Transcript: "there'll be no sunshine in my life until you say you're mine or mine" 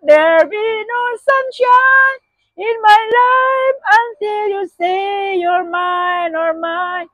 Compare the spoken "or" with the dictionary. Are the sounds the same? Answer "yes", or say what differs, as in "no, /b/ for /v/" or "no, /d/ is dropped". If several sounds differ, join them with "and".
yes